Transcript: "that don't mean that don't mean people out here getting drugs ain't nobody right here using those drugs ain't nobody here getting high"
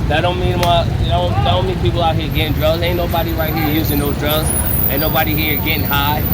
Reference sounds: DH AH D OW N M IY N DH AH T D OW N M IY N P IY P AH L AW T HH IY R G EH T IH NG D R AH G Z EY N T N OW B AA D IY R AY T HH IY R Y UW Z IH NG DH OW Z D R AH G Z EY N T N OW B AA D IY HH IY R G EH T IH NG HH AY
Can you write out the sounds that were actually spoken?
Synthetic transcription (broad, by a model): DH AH D OW N M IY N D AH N D OW N M IY N P IY P L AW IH HH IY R G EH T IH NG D R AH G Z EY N N OW B AA D IY R AY T HH IY R Y UW Z IH NG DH OW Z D R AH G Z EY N N OW B AA D IY HH IY R G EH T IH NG HH AY